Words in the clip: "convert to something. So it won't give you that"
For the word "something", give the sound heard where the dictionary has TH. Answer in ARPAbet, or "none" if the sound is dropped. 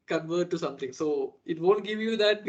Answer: T